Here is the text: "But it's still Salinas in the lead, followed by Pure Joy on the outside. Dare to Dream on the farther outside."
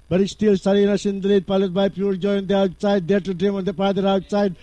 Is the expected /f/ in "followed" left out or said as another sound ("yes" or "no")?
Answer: yes